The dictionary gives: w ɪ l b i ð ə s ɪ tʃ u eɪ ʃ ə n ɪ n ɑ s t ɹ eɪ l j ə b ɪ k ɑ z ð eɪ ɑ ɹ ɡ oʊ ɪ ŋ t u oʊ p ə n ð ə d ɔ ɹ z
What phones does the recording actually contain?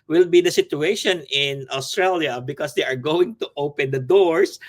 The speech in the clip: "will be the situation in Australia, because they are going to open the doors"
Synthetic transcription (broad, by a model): w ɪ l b i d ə s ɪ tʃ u eɪ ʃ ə n ɪ n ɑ s t ɹ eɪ l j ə b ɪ k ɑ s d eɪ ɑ ɹ ɡ oʊ ɪ ŋ t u oʊ p ə n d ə d ɔ ɹ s